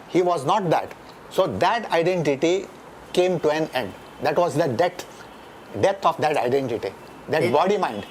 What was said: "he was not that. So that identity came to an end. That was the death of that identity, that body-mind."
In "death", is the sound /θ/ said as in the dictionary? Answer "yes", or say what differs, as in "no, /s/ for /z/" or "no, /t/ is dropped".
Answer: no, /t/ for /θ/